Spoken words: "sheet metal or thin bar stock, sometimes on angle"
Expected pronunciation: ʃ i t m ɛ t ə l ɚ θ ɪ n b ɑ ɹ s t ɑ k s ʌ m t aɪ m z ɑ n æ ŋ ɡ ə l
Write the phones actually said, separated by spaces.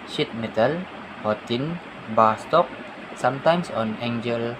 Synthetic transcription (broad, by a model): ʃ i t m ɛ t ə l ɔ t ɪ n b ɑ s t ɑ k s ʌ m t aɪ m s ɑ n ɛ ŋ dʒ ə l